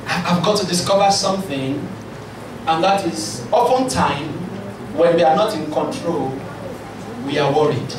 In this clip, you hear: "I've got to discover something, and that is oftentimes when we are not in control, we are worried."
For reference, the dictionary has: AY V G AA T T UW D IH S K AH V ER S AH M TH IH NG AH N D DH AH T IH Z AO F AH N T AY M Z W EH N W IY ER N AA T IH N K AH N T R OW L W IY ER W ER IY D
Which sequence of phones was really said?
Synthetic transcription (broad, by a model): AY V G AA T T UW D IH S K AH V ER S AH M TH IH NG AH N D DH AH T IH Z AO P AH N T AY M W EH N W IY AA N AA T IH N K AH N T R OW L W IY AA W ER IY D